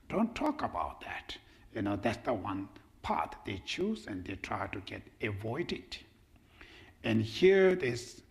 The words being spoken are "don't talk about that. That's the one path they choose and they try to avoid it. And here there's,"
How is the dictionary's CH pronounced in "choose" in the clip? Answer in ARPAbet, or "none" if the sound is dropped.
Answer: CH